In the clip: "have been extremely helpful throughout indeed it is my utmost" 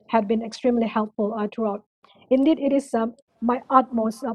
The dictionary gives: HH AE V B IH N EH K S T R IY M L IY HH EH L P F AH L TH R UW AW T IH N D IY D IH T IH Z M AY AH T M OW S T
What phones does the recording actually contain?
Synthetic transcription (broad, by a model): HH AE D B IH N EH K S T R IY M L IY HH EH L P F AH L T R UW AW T IH N D IY D IH T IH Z M AY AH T M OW S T